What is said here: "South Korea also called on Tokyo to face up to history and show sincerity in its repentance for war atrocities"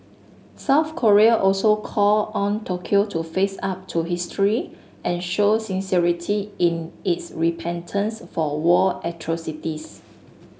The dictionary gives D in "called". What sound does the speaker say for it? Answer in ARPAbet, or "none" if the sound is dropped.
none